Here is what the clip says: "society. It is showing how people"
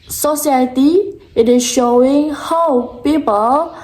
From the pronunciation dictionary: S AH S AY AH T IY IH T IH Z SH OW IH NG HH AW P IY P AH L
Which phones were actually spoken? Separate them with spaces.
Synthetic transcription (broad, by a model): S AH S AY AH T IY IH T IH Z SH OW IH NG HH AW P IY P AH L